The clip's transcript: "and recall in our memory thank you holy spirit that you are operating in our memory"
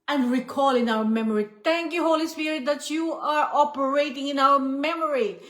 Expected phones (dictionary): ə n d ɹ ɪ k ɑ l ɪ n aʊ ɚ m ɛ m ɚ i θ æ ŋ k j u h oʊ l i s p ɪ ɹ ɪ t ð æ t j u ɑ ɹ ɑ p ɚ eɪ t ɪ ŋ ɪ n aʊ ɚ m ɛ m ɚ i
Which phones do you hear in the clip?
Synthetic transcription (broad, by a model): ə n d ɹ ɪ k ɑ l ɪ n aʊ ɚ m ɛ m ɚ i t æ ŋ k j u h oʊ l i s p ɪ ɹ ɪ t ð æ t j u ɑ ɹ ɑ p ɚ eɪ t ɪ ŋ ɪ n aʊ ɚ m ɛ m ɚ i